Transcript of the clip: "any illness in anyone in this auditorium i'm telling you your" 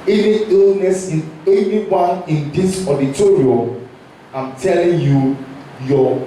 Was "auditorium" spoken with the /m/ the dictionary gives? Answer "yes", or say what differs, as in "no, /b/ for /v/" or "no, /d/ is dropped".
no, /m/ is dropped